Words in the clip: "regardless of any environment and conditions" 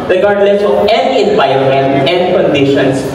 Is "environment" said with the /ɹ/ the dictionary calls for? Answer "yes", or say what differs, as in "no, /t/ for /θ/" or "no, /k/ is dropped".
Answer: no, /ɹ/ is dropped